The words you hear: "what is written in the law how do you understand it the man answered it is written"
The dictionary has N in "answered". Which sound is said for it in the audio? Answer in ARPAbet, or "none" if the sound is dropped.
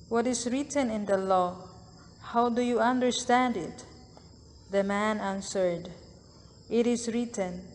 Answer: N